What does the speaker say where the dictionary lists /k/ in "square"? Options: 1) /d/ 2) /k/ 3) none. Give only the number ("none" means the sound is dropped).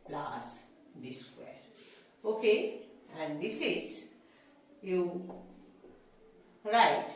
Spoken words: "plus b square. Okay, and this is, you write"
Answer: 3